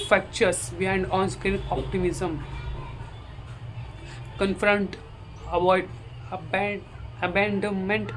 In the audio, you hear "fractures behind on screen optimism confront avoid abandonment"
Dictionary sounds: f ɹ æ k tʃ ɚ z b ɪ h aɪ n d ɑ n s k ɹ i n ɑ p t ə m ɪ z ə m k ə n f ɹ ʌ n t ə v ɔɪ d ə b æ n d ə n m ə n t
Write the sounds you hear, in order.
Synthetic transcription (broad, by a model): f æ k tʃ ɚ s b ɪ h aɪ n d ɑ n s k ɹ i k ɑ p t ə m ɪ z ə m k ə n f ɹ ʌ n t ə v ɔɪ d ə b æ n d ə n m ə n t